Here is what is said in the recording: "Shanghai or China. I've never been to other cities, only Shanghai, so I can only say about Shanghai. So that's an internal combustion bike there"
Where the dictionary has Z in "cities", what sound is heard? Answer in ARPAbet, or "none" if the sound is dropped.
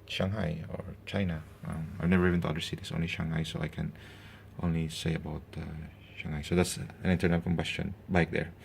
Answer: S